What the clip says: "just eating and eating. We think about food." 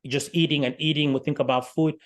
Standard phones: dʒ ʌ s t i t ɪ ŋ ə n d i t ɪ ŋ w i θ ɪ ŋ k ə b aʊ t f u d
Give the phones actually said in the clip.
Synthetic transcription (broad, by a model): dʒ ʌ s t i t ɪ ŋ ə n i t ɪ ŋ w i θ ɪ ŋ k ə b aʊ t f u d